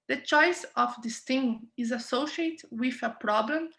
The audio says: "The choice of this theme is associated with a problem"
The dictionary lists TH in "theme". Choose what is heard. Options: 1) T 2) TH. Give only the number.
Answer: 1